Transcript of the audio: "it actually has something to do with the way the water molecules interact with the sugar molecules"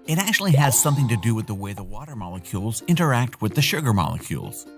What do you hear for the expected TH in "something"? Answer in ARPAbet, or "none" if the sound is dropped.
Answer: TH